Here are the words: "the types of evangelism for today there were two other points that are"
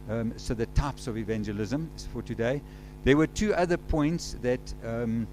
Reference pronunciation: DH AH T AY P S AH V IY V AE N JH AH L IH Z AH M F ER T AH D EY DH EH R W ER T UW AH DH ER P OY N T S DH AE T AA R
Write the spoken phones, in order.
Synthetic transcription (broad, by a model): DH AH T AY P S AH V IY V AE N JH AH L IH Z AH M F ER T AH D EY DH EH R W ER T UW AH DH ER P OY N T S DH AE T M